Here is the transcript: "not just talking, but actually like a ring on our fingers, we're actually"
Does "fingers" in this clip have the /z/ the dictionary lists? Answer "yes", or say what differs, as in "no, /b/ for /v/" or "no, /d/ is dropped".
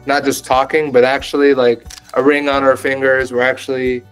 yes